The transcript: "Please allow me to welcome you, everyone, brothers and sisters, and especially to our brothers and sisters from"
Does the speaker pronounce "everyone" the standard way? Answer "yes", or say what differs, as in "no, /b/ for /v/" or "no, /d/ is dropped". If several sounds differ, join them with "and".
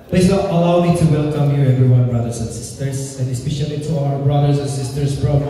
yes